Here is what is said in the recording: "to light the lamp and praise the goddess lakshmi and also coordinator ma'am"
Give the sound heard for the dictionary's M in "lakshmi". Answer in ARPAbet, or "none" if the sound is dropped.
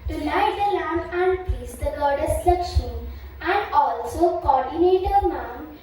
none